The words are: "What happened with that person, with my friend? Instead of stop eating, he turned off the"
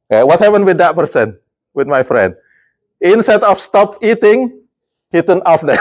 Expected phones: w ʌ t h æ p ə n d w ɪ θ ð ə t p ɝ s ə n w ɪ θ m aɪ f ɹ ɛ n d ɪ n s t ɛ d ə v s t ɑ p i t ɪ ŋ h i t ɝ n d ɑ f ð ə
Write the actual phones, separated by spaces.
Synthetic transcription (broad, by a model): w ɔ t h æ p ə n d w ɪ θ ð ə t p ɝ s ə n w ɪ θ m aɪ f ɹ ɛ n d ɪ n s t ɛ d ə f s t ɑ p i t ɪ ŋ h i t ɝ n ɑ f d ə